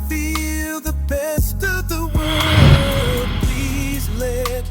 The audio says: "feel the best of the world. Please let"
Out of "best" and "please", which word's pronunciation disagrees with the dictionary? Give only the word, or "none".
none